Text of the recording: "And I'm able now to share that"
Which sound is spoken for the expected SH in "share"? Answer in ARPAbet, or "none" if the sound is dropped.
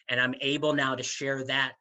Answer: SH